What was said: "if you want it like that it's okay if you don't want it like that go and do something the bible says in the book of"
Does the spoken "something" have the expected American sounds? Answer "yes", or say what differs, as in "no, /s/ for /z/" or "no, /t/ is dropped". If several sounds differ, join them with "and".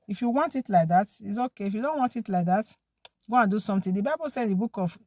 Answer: no, /t/ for /θ/